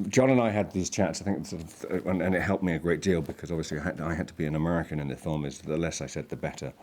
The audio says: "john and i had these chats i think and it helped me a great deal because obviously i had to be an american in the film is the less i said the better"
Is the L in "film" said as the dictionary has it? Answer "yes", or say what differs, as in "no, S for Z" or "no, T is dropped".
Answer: no, L is dropped